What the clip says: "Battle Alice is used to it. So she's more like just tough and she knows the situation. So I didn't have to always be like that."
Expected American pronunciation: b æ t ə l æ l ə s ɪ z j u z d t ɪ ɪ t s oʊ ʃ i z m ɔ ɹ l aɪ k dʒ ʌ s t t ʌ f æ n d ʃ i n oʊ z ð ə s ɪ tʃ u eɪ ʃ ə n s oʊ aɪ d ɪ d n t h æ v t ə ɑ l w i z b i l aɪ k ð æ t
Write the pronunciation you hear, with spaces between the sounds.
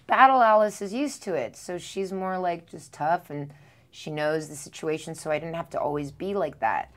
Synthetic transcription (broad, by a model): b æ t l æ l ə s ɪ z j u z t ɪ ɪ t s oʊ ʃ i z m ɔ ɹ l aɪ k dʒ ʌ s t t ʌ f n ʃ i n oʊ z ð ə s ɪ tʃ u eɪ ʃ n s oʊ aɪ d ɪ d n t h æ f t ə ɑ l w i z b i l aɪ k ð æ t